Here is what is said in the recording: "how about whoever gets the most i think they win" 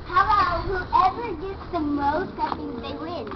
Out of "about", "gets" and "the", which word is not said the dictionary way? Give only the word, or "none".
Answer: about